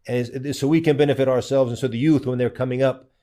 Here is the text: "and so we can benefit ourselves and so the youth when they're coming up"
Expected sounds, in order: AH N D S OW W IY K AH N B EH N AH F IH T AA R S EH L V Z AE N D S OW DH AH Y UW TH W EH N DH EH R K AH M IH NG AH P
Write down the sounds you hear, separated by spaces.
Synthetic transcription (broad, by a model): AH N S OW W IY K AH N B EH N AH F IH T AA R S EH L V Z N S OW DH AH Y UW TH W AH N DH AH R K AH M IH NG AH P